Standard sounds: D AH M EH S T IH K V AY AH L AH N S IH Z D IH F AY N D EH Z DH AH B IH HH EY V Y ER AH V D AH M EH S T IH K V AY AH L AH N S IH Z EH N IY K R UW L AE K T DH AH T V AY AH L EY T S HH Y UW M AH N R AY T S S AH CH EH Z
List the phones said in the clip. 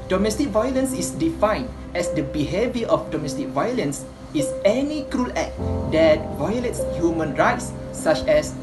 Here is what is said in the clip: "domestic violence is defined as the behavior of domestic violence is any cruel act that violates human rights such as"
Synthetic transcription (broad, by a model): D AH M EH S T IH K V AY AH L AH N S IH S D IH F AY N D EH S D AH B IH HH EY V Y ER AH F D AH M EH S T IH K V AY AH L AH N S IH S EH N IY K R UW L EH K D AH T V AY AH L EY T S HH Y UW M AH N R AY T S S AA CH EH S